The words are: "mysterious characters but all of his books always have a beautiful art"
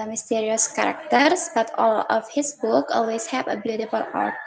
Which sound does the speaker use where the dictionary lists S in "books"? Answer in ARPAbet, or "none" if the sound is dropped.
none